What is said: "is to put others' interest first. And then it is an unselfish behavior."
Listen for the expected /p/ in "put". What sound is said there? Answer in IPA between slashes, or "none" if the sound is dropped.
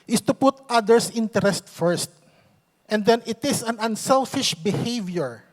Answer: /p/